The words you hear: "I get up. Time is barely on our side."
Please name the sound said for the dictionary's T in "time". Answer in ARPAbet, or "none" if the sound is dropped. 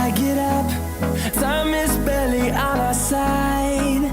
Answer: S